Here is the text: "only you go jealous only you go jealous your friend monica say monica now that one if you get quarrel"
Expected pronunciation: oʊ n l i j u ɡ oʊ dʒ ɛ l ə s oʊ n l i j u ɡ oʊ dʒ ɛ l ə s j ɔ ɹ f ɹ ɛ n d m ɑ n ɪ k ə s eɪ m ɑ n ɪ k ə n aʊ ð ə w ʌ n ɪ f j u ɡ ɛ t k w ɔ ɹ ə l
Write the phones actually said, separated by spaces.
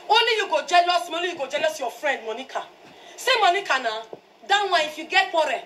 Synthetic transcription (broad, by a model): oʊ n l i j u ɡ oʊ dʒ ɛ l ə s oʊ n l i j u ɡ oʊ dʒ ɛ l ə s j ɔ f ɹ ɛ n d m ɑ n ɪ k ə s eɪ m ɑ n ɪ k ə n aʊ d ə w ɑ ɪ f j u ɡ ɛ t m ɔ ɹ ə